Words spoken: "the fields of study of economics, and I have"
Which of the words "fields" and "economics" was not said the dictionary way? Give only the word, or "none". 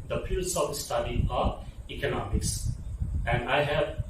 fields